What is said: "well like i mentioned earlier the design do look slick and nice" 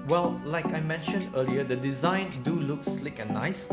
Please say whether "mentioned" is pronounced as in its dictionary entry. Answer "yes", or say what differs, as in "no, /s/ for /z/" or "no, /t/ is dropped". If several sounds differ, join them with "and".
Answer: yes